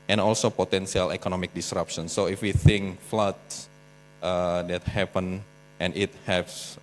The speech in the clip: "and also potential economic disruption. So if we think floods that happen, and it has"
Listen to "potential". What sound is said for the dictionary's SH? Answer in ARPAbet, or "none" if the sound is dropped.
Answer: S